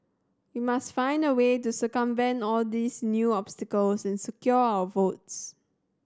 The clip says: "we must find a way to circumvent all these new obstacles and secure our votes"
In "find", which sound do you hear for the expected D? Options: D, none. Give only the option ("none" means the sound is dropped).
D